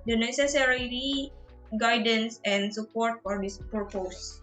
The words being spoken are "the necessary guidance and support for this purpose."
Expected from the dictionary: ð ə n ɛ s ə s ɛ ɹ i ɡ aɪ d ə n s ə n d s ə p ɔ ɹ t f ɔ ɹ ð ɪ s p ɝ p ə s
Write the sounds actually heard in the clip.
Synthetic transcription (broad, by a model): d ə n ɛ s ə s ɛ ɹ i ɡ aɪ d ə n s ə n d s ə p ɔ ɹ t f ɔ ɹ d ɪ s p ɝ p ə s